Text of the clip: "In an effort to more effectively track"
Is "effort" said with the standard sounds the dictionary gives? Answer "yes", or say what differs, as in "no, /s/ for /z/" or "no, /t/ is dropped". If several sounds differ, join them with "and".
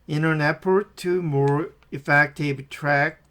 no, /p/ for /f/